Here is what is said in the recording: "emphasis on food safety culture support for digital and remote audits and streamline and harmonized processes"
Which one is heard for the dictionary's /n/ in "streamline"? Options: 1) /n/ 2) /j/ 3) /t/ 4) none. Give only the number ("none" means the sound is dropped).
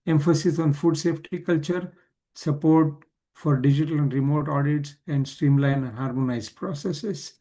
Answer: 4